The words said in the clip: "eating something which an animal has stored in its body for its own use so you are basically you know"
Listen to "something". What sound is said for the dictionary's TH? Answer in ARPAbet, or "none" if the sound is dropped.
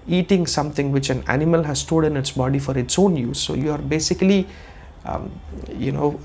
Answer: T